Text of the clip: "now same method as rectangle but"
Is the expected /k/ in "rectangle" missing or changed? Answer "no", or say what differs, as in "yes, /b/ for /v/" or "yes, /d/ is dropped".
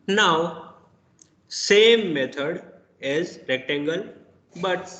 no